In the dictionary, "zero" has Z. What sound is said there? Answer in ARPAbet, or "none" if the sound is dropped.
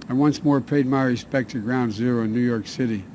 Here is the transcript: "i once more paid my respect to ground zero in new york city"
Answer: Z